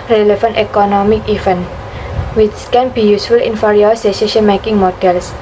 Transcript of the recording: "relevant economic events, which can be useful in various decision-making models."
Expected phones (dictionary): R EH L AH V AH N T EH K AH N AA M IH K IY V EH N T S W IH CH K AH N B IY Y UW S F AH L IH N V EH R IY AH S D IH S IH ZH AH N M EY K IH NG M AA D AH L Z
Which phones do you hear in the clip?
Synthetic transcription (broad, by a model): R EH L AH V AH N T EH K AH N AA M IH K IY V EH N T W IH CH K AH N B IY Y UW S F AH L IH N F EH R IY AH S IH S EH SH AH N M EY K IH NG M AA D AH L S